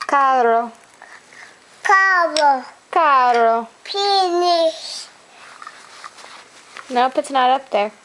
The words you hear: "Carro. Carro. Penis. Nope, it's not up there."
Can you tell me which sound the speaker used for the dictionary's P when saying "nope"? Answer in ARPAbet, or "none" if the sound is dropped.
P